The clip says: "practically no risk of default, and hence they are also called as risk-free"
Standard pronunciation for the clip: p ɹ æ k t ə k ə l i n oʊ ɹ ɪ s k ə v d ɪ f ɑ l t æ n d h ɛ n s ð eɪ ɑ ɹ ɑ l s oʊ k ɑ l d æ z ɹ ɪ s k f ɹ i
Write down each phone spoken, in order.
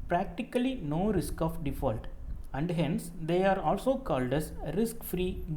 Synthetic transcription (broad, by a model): p ɹ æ k t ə k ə l i n oʊ ɹ ɪ s k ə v d ɪ f ɑ l t æ n d h ɛ n s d eɪ ɑ ɹ ɑ l s oʊ k ɑ l d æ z ɹ ɪ s k f ɹ i